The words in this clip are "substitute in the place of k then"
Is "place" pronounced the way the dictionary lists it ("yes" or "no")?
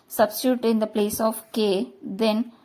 yes